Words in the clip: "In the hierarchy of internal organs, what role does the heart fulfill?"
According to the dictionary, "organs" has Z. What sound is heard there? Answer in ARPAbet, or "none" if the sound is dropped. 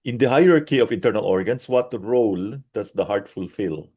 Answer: S